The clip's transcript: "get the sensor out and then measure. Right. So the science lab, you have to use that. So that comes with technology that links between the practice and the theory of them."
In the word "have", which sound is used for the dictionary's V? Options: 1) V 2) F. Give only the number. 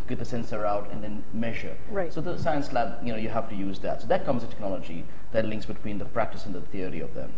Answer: 2